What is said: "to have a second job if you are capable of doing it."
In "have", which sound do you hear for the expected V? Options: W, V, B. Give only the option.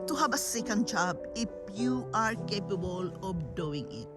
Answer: B